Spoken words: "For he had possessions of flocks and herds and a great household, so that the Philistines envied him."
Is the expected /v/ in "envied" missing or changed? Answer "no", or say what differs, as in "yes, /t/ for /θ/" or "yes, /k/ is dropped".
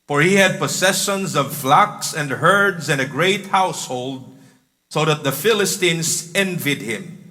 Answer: no